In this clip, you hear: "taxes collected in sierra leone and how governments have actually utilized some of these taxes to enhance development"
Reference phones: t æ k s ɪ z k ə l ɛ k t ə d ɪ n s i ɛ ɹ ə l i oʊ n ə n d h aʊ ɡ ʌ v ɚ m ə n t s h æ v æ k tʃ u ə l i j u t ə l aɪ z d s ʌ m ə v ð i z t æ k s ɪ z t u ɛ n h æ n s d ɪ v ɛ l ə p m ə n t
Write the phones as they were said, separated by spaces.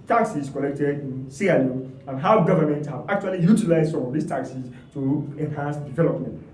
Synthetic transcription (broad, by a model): t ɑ k s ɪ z k ə l ɛ k t ə d ɪ n s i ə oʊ ə n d h aʊ ɡ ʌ v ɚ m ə n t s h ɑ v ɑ k tʃ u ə l i j u t ə l aɪ z d s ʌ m ə v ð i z t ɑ k s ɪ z t u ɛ n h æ n s d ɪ v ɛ l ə p m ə n t